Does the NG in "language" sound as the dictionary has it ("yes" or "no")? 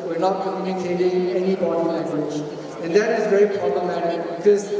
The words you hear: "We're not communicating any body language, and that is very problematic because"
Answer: no